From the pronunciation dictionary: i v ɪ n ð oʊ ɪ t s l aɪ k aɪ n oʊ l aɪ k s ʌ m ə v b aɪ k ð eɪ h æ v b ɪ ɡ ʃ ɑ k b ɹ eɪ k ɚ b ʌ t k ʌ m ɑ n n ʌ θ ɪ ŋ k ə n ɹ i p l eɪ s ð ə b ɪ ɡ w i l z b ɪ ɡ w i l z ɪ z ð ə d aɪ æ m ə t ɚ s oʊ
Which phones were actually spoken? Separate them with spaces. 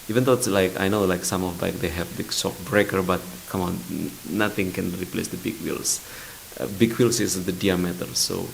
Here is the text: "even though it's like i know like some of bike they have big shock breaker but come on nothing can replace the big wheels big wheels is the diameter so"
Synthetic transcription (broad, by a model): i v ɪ n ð oʊ ɪ t s l aɪ k aɪ n oʊ l aɪ k s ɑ m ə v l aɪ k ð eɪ h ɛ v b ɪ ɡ s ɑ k b ɹ eɪ k ɚ b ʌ t k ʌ m ɑ n n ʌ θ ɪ ŋ k ə n ɹ i p l eɪ s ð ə b ɪ ɡ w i l s b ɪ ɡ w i l s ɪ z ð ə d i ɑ m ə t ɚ s oʊ